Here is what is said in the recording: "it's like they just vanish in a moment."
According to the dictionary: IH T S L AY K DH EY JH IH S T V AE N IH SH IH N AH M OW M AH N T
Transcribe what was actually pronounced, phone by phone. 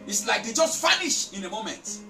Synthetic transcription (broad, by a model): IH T S L AY K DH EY JH IH S T F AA N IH SH IH N AH M OW M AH N T